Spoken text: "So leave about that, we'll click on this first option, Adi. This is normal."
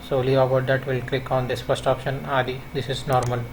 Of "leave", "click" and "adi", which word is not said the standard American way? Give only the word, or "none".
leave